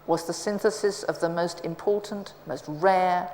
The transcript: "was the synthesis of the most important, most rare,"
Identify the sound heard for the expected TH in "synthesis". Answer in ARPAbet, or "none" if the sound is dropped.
TH